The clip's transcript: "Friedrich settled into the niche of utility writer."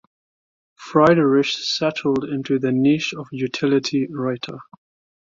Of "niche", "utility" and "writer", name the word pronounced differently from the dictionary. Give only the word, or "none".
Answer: niche